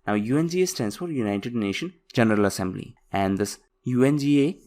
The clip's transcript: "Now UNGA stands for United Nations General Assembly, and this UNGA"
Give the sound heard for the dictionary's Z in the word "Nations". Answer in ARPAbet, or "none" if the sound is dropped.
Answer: none